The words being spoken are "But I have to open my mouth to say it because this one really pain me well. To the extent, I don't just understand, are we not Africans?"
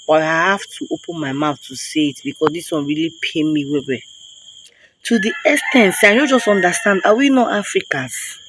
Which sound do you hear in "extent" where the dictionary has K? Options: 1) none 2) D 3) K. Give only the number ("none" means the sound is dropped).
1